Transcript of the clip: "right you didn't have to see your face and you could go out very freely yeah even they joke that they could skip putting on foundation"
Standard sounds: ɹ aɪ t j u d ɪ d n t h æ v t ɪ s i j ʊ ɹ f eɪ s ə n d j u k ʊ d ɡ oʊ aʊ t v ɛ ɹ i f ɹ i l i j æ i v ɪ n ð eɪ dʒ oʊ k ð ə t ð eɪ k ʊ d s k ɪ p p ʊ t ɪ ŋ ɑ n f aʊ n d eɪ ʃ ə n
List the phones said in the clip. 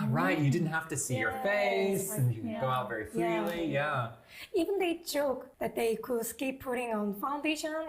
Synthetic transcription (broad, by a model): ɹ aɪ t j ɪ d ɪ d n t h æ f t ɪ s i j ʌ ɹ f eɪ s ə n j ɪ ɡ oʊ aʊ t v ɛ ɹ i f l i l i j æ i v ɪ n ð eɪ dʒ oʊ k ð ə t ð eɪ k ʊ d s k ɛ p p ʊ t ɪ ŋ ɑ n f aʊ n d eɪ ʃ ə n